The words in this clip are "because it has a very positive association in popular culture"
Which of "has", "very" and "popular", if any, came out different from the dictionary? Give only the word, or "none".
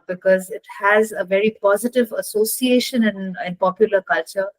none